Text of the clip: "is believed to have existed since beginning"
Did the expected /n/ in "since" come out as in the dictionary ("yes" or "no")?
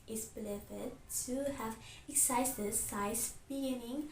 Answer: no